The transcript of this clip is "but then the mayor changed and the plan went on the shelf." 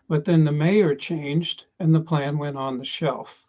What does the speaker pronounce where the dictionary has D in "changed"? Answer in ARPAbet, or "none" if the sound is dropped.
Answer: D